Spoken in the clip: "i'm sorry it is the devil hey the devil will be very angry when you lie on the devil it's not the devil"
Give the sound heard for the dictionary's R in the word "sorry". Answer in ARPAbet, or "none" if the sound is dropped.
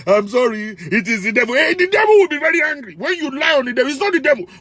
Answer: R